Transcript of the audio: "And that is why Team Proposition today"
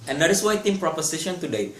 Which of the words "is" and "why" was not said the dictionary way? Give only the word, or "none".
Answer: is